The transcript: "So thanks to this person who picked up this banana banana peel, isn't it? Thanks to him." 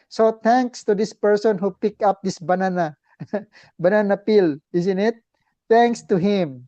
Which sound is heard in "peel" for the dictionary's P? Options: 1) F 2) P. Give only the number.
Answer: 2